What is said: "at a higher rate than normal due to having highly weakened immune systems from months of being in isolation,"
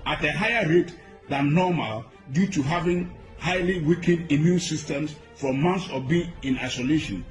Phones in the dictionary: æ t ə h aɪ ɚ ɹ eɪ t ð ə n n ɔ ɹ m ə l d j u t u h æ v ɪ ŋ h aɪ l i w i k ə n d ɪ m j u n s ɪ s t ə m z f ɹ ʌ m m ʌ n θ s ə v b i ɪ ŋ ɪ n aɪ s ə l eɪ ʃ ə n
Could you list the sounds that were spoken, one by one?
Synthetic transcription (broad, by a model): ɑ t ə h aɪ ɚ ɹ eɪ t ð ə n n ɔ m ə l d j u t u h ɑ v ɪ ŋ h aɪ l i w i k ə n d ɪ m j u n s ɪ s t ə m s f ɹ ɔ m m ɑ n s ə b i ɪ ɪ n aɪ s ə l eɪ ʃ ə n